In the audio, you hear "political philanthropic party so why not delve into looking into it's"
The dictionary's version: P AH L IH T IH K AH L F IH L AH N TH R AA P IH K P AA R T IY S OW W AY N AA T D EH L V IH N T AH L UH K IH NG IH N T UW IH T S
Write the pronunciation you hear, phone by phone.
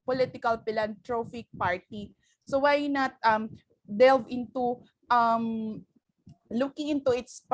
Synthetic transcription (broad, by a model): P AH L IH T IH K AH L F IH L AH N T R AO F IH K P AA R T IY S OW W AY N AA T D EH L V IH N T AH L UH K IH NG IH N T UW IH T S